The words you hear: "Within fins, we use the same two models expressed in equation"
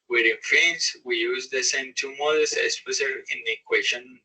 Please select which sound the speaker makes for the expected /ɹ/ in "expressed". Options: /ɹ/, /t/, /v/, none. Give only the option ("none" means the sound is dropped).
none